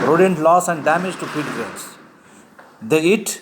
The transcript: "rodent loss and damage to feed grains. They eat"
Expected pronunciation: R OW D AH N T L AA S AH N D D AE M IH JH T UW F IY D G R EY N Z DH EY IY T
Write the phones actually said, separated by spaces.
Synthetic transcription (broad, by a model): R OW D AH N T L AA S AH N D D AE M IH JH T UW P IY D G R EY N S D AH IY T